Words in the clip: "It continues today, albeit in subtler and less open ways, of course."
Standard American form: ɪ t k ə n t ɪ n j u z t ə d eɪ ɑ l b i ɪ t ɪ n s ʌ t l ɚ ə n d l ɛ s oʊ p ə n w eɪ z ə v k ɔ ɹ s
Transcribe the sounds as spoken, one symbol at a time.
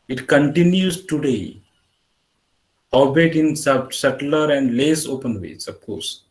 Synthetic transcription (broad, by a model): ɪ t k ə n t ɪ n j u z t ə d eɪ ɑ b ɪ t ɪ n s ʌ t l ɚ ə n d l ɛ s oʊ p ə n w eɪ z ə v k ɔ ɹ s